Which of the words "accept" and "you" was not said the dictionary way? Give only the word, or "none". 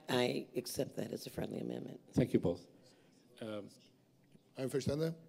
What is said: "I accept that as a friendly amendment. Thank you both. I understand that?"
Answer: none